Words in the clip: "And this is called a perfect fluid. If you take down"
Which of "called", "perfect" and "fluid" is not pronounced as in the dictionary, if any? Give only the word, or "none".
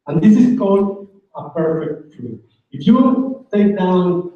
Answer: fluid